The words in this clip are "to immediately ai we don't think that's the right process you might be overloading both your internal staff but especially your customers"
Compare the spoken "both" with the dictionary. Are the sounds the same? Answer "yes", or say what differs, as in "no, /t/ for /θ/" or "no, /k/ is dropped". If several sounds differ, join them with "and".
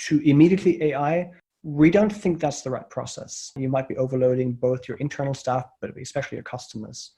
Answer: yes